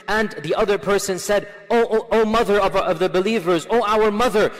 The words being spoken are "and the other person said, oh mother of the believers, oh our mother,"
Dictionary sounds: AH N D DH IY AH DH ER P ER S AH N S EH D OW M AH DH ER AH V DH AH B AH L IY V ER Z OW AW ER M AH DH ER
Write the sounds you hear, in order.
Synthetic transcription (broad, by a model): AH N DH IY AH DH ER P ER S AH N S EH D OW M AH DH ER AH V DH AH B AH L IY V ER Z OW AW ER M AH DH ER